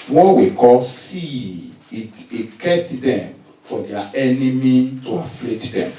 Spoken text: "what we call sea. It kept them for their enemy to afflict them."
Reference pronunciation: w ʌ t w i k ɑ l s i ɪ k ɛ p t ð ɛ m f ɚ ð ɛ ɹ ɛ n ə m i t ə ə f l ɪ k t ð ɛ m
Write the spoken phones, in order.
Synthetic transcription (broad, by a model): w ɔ w i k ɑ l s i ɪ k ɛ t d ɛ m f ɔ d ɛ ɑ ɛ n ə m i t ə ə f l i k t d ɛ m